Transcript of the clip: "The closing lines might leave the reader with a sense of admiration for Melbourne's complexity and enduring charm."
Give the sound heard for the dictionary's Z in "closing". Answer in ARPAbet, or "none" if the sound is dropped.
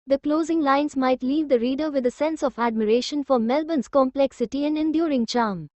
Z